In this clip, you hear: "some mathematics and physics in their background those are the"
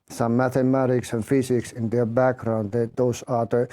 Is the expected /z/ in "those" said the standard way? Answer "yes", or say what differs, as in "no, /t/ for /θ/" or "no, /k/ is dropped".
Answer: no, /s/ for /z/